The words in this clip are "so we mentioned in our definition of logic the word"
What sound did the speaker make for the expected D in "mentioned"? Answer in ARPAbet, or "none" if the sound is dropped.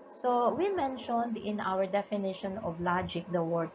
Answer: D